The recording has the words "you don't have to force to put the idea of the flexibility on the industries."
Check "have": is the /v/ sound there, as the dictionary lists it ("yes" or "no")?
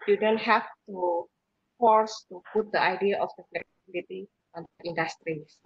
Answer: no